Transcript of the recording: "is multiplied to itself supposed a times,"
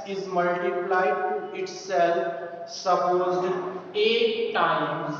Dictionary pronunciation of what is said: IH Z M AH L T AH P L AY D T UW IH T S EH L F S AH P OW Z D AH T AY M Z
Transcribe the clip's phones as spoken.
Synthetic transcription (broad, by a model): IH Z M AH L T AH P L AY D T UW IH T S EH L F S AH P OW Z AH T AY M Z